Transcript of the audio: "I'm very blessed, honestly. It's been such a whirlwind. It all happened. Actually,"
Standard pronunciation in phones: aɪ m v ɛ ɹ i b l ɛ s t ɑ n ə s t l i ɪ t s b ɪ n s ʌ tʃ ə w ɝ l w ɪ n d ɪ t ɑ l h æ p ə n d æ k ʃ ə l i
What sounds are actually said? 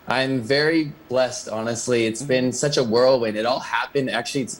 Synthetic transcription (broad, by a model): aɪ m v ɛ ɹ i b l ɛ s t ɑ n ə s t l i ɪ t s b ɪ n s ʌ tʃ ə w ɝ l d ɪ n ɪ t ɑ l h æ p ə n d æ k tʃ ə l i